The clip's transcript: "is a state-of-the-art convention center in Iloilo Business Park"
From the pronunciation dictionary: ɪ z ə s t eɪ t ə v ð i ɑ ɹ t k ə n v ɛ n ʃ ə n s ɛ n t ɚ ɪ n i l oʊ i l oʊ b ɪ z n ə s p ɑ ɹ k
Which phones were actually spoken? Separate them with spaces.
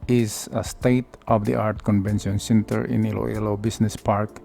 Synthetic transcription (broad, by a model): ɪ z ə s t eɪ t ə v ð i ɑ ɹ t k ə n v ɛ n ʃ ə n s ɛ n t ɚ ɪ n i l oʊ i l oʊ b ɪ s n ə s p ɑ ɹ k